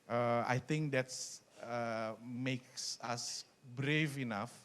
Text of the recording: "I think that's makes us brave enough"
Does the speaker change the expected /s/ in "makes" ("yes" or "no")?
no